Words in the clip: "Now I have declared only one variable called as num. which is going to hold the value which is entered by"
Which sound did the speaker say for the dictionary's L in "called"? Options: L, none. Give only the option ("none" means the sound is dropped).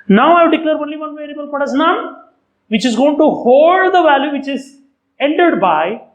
none